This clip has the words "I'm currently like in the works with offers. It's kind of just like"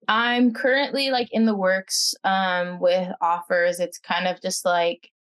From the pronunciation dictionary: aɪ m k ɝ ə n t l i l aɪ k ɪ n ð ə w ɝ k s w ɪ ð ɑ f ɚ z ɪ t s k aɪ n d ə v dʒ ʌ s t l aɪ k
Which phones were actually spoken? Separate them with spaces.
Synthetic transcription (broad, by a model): aɪ m k ɝ ə n t l i l aɪ k ɪ n ð ə w ɝ k s w ɪ ð ɑ f ɚ z ɪ t s k aɪ n d ə v dʒ ʌ s t l aɪ k